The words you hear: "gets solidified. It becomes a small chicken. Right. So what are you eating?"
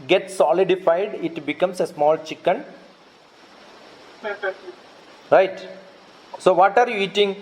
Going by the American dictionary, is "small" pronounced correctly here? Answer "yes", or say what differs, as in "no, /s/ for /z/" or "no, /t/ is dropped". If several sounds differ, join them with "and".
yes